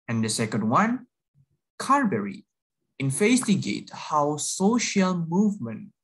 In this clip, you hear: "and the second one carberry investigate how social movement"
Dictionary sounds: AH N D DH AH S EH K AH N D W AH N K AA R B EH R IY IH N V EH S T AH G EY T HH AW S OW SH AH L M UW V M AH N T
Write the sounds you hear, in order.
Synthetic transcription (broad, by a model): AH N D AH S EH K AH N D W AH N K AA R B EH R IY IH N F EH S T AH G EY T HH AW S OW SH AH L M UW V M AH N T